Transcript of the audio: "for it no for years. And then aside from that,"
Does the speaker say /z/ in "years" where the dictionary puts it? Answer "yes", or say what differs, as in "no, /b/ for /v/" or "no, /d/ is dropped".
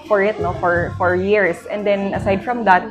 no, /s/ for /z/